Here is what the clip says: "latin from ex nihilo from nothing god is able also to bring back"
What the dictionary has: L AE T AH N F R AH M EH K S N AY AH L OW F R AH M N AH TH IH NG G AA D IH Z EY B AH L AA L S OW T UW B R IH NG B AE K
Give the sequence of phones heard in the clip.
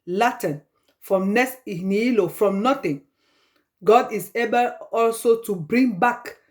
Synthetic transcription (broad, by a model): L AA T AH N F R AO M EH S N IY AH L OW F R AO M N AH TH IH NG G AA D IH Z EY B AH L AA L S OW T UW B R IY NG B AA K